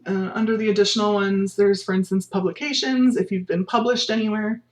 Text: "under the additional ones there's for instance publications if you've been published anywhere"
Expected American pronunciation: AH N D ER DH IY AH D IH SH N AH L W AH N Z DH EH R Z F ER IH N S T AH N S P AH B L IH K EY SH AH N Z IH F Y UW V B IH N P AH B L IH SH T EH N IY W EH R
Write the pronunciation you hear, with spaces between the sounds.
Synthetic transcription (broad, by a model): AH N D ER DH IY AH D IH SH N L W AH N Z DH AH R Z F ER IH N S T AH N S P AH B L IH K EY SH AH N Z IH F Y UW V B IH N P AH B L IH SH T EH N IY W EH R